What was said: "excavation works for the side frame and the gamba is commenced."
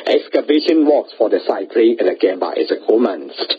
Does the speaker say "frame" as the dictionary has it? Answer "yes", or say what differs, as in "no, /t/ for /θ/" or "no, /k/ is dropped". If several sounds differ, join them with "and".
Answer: no, /m/ is dropped